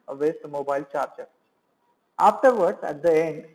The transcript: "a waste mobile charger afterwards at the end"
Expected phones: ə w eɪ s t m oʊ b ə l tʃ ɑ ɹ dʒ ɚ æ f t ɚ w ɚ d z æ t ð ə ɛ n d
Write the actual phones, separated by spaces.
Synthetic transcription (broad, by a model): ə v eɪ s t m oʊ b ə l tʃ ɑ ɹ tʃ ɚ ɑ f t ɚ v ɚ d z æ t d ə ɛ n d